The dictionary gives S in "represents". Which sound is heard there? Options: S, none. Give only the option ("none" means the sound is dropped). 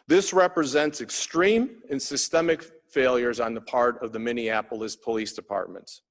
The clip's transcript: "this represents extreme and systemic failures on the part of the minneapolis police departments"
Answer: S